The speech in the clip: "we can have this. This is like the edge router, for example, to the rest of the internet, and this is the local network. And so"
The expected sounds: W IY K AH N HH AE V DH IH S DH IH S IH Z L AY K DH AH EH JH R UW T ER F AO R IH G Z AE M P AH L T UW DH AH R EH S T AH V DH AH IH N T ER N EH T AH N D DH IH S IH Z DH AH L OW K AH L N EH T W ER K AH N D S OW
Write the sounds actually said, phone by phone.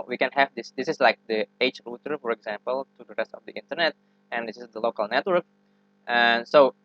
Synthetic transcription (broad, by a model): W IY K AH N HH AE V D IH S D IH S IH S L AY K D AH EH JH R UW T ER F AO R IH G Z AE M P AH L T UW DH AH R EH S T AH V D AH IH N T ER N EH T AH N D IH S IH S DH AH L OW K AH L N EH T W ER K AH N S OW